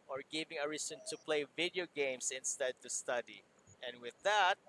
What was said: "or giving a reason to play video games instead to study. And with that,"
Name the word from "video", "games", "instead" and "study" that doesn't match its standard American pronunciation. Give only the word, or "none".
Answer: games